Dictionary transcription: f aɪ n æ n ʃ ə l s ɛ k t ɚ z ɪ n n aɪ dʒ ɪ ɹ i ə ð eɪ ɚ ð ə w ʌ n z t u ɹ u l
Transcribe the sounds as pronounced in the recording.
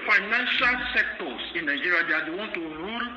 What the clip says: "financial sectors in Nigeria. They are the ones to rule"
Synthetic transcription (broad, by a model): f aɪ n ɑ n ʃ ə l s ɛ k t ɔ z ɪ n n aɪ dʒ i ɹ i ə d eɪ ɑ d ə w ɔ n t u ɹ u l